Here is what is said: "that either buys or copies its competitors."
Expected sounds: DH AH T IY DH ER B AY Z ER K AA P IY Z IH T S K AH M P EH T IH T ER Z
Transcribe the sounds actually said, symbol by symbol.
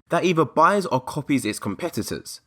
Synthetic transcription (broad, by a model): DH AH T IY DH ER B AY Z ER K AA P IY Z IH T S K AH M P EH T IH T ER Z